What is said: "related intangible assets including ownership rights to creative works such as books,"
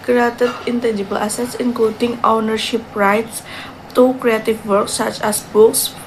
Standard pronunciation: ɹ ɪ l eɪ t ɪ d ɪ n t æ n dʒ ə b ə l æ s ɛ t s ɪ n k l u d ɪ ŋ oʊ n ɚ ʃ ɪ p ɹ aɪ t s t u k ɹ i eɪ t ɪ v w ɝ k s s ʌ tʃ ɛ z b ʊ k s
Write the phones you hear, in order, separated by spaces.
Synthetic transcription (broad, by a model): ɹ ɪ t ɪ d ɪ n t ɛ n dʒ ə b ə l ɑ s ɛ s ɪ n k l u d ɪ ŋ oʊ n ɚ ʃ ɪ p ɹ aɪ t s t u k ɹ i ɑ t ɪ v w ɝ k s s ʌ tʃ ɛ s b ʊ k s